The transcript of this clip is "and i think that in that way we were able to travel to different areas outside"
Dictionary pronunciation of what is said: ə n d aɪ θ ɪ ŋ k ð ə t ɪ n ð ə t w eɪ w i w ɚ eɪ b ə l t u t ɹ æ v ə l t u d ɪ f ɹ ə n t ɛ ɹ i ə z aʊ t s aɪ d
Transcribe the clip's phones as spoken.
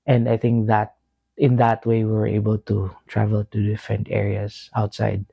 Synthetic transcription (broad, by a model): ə n d aɪ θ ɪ ŋ k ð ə t ɪ n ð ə t w eɪ w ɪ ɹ eɪ b ə l t u t ɹ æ v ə l t u d ɪ f ɹ ə n t ɛ ɹ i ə s aʊ t s aɪ d